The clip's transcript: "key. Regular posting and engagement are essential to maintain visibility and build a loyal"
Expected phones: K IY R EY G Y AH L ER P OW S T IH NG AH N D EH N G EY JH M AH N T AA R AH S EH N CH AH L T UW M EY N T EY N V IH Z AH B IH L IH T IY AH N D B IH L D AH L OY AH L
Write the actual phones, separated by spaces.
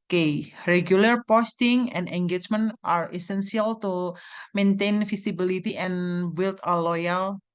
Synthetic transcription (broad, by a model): K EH R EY G Y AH L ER P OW S T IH NG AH N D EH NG G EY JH M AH N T AA R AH S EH N S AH L T UW M EY N T EY N F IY S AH B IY L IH T IY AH N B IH L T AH L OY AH L